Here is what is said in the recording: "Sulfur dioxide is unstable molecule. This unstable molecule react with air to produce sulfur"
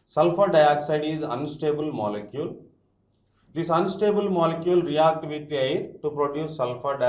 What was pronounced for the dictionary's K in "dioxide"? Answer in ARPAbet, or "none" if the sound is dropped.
K